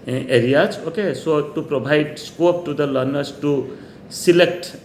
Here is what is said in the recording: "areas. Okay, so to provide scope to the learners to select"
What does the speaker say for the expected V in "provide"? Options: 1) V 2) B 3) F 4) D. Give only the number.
2